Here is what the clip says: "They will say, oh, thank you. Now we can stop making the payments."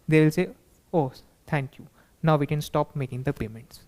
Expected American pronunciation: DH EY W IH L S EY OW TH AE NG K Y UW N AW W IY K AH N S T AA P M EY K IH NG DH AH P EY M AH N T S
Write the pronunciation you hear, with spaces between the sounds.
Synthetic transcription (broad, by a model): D EY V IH L S EY OW T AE NG K Y UW N AW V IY K AH N S T AA P M EY K IH NG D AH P EY M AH N T S